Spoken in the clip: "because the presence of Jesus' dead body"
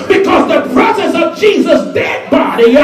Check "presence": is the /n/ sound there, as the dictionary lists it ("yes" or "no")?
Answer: no